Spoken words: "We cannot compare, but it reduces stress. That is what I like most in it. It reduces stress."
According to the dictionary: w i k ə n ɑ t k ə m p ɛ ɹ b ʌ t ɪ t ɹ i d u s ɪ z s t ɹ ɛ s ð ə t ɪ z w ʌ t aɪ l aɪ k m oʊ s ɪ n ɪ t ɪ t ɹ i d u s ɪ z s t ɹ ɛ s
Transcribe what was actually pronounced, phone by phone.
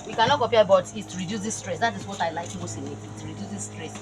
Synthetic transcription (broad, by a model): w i k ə n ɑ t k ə p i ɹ b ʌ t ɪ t ɹ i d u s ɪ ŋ s t ɹ ɛ s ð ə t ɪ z w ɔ t aɪ l aɪ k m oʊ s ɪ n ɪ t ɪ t ɹ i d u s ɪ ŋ s t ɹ ɛ s